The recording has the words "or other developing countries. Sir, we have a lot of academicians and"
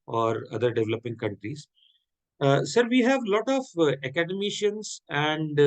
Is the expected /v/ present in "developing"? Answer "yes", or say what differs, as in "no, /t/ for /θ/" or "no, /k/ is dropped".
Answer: yes